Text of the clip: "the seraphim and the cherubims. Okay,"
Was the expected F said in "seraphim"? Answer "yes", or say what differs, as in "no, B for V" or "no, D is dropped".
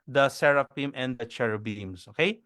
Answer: no, P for F